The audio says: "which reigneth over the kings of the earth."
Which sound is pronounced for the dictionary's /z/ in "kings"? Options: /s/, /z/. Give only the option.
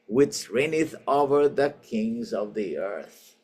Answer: /z/